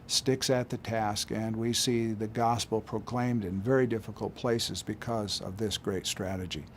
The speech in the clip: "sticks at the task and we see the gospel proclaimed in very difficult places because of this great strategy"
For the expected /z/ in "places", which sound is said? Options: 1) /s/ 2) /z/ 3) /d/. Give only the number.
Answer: 2